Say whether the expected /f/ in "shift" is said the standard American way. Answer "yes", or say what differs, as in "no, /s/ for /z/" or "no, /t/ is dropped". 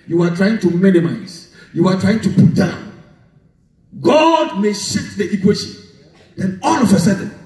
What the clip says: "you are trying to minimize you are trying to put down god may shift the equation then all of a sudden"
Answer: no, /f/ is dropped